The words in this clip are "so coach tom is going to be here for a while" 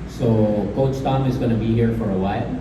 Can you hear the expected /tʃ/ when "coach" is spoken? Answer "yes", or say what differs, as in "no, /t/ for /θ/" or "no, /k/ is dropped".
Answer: no, /s/ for /tʃ/